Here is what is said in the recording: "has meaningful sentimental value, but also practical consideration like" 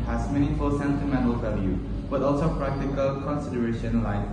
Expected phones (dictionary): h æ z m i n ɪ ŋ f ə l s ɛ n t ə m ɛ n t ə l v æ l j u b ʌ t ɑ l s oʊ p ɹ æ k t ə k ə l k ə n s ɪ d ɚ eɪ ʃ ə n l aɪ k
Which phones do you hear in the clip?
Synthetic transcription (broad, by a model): h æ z m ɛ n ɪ f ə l s ɛ n t ə m ɛ n t ə l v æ l j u b ʌ t ɑ l s oʊ p ɹ æ k t ə k ə l k ə n s ɪ d ɚ eɪ ʃ ə n l aɪ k